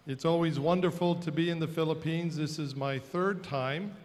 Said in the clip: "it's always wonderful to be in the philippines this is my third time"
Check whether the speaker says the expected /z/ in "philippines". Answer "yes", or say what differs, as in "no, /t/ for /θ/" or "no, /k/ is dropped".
yes